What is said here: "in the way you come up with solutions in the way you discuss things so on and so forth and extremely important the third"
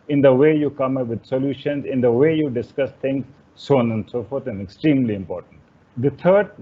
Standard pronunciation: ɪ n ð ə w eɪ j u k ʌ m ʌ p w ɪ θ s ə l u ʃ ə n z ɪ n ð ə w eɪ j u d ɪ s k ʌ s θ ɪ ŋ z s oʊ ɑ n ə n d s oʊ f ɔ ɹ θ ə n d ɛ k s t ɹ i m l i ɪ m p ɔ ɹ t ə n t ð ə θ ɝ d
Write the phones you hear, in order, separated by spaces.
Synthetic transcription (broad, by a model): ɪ n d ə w eɪ j u k ʌ m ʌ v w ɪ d s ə l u ʃ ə n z ɪ n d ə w eɪ j u d ɪ s k ʌ s t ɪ ŋ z s oʊ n ə n d s oʊ f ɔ ɹ t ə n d ɛ k s t ɹ i m l i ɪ m p ɔ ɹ t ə n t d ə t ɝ d